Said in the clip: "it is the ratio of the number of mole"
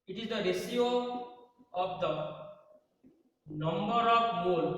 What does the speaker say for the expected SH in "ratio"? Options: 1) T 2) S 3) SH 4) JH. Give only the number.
2